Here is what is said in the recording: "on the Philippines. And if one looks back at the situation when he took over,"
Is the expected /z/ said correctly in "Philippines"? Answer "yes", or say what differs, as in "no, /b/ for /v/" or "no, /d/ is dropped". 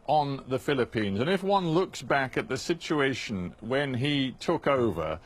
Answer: yes